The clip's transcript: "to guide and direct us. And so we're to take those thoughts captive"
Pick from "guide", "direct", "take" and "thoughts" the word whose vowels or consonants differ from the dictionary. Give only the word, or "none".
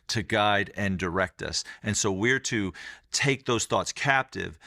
none